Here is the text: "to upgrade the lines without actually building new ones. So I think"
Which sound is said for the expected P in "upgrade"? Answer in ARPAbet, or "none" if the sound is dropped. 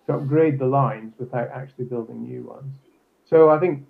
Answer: P